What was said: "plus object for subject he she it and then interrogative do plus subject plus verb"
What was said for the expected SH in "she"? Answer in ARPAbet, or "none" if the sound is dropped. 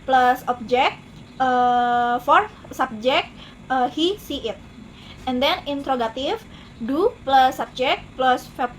S